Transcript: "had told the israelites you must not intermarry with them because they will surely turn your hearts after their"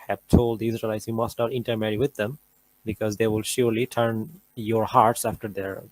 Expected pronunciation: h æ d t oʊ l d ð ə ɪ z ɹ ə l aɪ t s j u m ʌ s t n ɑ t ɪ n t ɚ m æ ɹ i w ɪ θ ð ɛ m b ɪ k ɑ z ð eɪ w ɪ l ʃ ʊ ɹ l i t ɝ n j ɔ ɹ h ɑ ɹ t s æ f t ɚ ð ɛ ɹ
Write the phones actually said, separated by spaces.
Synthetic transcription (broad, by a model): h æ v t oʊ l d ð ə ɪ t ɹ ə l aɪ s j u m ʌ s t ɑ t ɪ n t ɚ m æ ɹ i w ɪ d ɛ m b ɪ k ɑ z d eɪ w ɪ l ʃ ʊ ɹ l i t ɝ n j ɔ ɹ h ɑ ɹ t s æ f t ɚ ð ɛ ɹ